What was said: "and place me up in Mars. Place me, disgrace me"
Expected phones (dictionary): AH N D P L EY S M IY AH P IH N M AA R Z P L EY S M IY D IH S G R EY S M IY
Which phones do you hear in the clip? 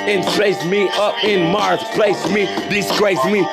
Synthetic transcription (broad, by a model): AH N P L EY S M IY AH P IH N M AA R S P L EY S M IY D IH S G R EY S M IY